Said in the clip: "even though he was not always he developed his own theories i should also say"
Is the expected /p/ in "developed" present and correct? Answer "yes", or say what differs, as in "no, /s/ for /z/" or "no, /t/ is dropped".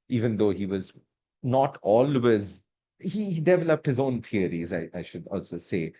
yes